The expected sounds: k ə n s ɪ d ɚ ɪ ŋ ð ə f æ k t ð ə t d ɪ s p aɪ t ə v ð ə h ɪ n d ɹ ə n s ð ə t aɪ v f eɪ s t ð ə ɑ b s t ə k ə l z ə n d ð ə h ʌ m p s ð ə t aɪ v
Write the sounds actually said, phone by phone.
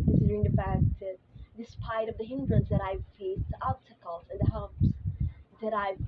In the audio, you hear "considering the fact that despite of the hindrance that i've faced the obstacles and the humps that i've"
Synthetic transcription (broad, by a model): k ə n s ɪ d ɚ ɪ ŋ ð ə f æ k t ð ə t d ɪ s p aɪ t ə v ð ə h ɪ n d ɹ ə n s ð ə t aɪ v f eɪ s t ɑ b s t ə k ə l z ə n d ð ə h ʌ p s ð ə t aɪ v